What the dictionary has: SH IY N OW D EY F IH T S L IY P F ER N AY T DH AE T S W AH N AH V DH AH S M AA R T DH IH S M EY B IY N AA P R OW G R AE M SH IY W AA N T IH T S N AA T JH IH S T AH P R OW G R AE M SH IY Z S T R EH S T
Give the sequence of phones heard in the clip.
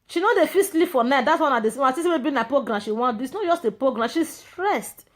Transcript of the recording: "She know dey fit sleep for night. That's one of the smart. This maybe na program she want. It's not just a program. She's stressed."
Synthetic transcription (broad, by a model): SH IY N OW D EY F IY S L IY P F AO N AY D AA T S W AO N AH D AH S AA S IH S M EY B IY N AA P R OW G R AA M SH IY W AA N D IH T S N AA T JH IH S T AH P R OW G R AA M SH IY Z S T R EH S T